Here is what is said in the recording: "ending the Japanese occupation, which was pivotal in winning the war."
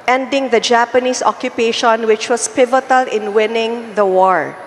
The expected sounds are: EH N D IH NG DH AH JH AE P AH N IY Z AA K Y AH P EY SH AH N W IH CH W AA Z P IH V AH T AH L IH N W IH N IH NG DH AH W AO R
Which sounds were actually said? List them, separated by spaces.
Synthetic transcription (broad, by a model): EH N D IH NG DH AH JH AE P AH N IY S AA K Y AH P EY SH AH N W IH CH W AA S P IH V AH T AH L IH N W IH N IH NG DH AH W AO R